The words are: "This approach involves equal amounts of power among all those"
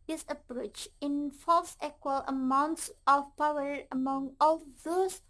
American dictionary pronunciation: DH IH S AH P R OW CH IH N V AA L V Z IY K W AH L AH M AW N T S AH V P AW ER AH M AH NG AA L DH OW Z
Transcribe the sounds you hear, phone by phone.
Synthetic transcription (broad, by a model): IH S AH P R OW CH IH N F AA L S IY K W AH L AH M AW N T S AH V P AW ER AH M AH NG AA L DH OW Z